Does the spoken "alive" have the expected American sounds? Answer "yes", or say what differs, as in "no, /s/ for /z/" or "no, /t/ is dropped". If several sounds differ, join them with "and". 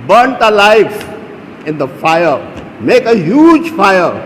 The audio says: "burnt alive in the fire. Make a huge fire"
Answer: no, /f/ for /v/